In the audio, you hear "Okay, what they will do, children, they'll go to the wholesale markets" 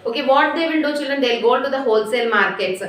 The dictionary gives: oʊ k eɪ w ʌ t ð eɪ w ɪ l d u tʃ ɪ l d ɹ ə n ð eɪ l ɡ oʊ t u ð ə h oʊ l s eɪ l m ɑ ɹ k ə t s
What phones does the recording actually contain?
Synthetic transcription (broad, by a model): oʊ k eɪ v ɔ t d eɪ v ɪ n d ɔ tʃ ɪ l d ɹ ə n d eɪ l ɡ oʊ t u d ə h oʊ l s eɪ l m ɑ ɹ k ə t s